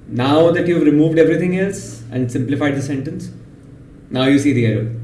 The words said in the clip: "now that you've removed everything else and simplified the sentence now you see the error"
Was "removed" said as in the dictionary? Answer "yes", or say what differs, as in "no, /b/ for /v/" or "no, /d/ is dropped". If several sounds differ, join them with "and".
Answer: yes